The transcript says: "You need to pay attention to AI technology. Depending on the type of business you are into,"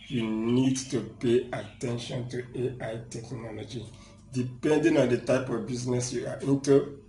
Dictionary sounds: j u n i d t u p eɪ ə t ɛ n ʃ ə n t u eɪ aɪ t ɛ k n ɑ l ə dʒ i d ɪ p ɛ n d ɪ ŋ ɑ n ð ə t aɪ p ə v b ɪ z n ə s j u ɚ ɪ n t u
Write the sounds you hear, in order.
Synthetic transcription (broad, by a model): j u n i d t u p eɪ ə t ɛ n ʃ ə n t u eɪ aɪ t ɛ k n ɑ l ə dʒ i d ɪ p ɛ n d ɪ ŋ ɑ n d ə t aɪ p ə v b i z n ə s j u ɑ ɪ n t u